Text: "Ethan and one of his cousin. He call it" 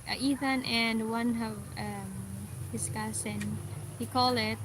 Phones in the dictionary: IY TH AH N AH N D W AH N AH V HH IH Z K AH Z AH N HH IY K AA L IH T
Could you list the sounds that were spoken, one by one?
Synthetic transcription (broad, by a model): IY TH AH N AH N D W AH N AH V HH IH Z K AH S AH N HH IY K AA L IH T